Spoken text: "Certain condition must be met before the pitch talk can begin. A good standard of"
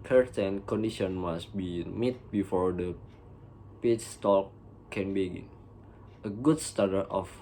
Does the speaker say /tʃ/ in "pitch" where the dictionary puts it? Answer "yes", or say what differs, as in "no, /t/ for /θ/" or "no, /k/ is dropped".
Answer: no, /s/ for /tʃ/